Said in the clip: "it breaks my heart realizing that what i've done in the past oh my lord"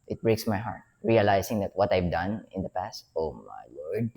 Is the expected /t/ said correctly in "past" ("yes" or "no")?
yes